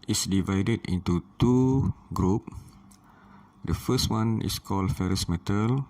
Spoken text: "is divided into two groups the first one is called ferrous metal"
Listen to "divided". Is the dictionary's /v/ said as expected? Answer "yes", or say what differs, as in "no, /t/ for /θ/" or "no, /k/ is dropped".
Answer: yes